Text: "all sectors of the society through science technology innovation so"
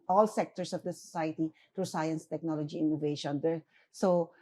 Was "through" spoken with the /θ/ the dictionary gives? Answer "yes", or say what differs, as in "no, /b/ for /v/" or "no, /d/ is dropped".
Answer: no, /t/ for /θ/